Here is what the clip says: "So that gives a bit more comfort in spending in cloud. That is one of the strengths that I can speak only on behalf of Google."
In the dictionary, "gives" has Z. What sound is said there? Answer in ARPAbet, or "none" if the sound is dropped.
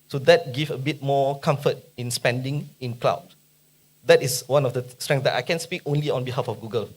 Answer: none